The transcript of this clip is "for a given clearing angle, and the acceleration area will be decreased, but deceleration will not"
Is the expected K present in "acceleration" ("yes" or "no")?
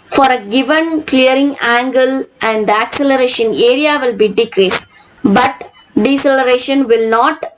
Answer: yes